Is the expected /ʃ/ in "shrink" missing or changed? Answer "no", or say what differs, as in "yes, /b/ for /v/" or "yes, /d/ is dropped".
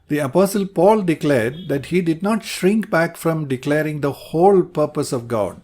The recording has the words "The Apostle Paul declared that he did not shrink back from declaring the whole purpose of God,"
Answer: no